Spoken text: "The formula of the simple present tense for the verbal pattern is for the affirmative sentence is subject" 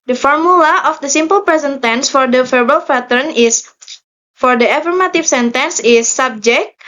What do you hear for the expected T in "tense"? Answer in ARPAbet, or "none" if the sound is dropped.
T